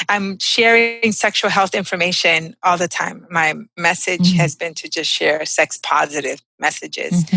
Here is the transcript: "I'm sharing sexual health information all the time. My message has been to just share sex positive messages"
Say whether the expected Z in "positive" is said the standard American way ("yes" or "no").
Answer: yes